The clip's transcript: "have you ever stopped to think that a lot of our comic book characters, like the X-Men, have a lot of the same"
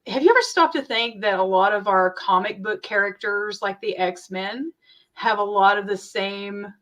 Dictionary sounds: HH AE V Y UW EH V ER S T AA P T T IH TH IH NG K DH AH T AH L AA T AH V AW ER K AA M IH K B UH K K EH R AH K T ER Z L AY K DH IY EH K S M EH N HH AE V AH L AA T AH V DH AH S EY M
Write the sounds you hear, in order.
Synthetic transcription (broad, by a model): HH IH V Y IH EH V ER S T AA P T T IH TH IH NG K DH AH T AH L AA T AH V AW ER K AA M IH K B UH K K EH R AH K T ER Z L AY K DH IY EH K S M EH N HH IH V AH L AA T AH V DH AH S EY M